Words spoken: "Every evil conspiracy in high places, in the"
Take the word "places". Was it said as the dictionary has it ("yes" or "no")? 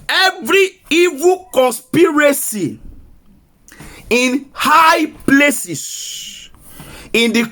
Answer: no